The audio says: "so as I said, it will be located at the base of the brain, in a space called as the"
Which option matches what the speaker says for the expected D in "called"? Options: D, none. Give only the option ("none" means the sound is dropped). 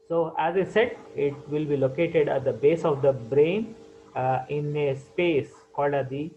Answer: D